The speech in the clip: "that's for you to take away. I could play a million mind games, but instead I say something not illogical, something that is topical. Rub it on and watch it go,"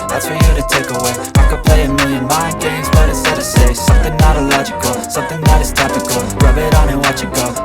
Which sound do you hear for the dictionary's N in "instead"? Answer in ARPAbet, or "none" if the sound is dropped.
none